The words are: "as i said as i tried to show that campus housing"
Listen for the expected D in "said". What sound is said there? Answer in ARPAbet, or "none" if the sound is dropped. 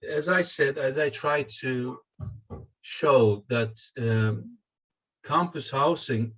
D